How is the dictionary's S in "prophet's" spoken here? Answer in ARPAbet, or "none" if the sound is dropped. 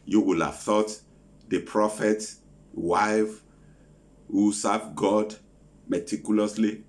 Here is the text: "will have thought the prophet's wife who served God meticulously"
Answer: none